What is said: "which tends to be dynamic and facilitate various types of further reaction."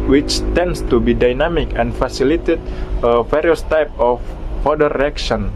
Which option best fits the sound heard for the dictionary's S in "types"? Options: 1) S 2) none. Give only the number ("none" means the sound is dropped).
2